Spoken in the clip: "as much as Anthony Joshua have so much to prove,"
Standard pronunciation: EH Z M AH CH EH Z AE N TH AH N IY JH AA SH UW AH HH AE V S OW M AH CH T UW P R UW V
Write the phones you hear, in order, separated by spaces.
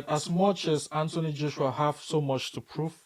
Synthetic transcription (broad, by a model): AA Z M AH CH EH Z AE N T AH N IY JH AA SH UW AH HH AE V S OW M AH CH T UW P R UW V